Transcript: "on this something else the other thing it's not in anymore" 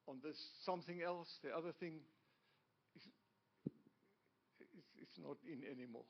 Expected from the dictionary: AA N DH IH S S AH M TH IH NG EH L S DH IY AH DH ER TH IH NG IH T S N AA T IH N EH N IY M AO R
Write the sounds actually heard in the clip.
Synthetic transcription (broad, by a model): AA N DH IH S S AH M TH IH NG EH L S DH IY AH DH ER TH IH NG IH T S N AA T IH N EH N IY M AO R